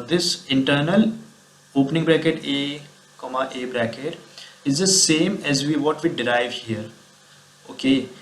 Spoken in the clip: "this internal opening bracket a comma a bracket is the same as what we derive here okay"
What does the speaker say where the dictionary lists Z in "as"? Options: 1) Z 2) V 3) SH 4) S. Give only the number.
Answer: 1